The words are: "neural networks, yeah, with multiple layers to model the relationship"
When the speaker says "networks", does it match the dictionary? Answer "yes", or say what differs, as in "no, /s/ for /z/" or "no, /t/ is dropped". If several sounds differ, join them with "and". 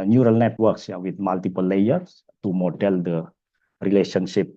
yes